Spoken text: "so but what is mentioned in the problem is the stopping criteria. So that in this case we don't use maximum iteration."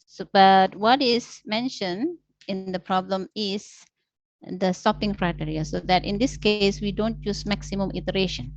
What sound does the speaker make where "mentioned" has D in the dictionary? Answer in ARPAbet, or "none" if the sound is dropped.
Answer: none